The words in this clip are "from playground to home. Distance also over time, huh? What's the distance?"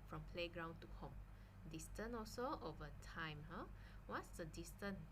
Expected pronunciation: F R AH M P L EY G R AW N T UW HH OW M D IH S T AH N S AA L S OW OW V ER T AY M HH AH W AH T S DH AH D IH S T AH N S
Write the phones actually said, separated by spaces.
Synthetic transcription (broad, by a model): F R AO M P L EY G R AW N T UW HH OW M D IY S T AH N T AA L S OW OW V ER T AY M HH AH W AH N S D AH D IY S T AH N